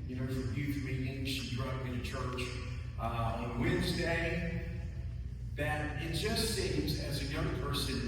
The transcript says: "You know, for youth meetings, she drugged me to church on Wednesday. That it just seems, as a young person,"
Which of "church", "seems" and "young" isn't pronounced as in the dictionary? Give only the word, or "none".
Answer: none